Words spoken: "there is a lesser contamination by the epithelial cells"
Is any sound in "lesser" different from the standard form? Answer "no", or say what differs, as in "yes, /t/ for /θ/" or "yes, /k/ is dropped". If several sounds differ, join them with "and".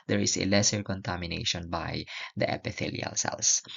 no